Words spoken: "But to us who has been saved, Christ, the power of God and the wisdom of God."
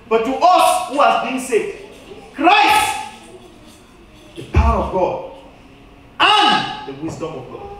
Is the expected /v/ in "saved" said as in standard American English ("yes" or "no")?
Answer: no